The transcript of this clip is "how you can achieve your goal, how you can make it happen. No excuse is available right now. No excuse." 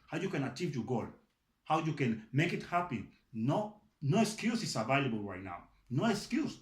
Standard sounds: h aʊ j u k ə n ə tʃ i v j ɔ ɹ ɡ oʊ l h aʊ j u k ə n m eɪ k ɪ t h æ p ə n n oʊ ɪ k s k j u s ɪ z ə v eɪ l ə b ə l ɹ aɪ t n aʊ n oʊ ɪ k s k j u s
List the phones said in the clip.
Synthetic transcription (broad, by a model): h aʊ j u k ə n ə tʃ i v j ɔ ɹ ɡ oʊ l h aʊ j u k ə n m eɪ k ɪ t h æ p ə n n oʊ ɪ k s k j u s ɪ s ə v eɪ l ə b ə l ɹ aɪ t n aʊ n oʊ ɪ k s k j u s